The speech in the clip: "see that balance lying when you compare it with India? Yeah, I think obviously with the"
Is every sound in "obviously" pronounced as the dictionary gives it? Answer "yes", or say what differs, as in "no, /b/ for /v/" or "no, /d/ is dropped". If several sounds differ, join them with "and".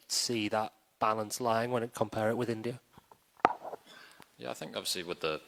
yes